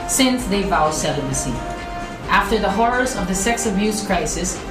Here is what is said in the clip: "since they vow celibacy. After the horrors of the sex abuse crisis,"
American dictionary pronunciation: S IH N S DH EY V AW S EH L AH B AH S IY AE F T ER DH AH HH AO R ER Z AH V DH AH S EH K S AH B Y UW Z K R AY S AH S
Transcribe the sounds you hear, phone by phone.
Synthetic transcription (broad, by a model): S IH N S DH EY V AW S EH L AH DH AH S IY AE F T ER DH AH HH AO R ER Z AH V DH AH S EH K S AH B Y UW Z K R AY S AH S